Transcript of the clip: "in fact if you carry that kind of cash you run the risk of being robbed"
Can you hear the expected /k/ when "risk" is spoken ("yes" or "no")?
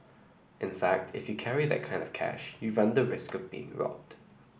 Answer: yes